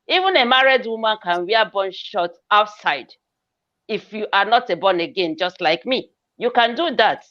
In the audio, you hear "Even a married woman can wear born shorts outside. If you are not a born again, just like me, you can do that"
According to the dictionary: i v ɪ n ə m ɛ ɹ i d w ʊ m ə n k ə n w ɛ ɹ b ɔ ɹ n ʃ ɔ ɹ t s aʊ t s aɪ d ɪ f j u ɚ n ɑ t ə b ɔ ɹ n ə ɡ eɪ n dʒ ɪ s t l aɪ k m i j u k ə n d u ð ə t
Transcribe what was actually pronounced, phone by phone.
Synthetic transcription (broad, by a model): i v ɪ n ə m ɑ ɹ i d w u m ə n k ə n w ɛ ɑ b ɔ n ʃ ɔ t aʊ t s aɪ d ɪ f j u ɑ n ɑ t ə b ɔ n ə ɡ eɪ n dʒ ɪ s t l aɪ k m i j u k ə n d u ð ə t